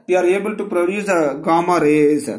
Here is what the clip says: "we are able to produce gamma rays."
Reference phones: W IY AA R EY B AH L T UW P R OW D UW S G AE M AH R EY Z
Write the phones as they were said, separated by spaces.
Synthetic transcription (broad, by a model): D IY AA R EY B AH L T UW P R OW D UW S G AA M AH R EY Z